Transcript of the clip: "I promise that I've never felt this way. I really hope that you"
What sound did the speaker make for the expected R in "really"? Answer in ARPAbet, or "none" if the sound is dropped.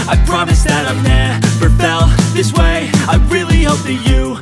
R